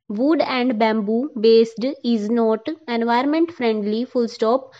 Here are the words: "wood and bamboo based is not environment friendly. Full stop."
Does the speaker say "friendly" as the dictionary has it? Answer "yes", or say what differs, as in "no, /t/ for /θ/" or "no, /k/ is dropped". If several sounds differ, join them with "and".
yes